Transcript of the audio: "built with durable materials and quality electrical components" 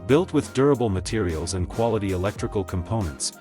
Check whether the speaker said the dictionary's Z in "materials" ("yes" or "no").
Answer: yes